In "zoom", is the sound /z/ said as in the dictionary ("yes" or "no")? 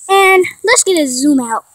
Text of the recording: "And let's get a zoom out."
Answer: yes